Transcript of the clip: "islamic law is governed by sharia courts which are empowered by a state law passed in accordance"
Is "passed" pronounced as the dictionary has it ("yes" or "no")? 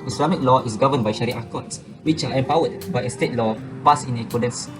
no